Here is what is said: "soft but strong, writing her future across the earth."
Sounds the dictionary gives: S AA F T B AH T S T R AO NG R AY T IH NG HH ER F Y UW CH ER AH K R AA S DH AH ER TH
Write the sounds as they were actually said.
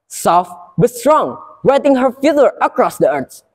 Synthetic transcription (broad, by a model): S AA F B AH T S T R AO NG W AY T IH NG HH ER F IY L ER AH K R AA S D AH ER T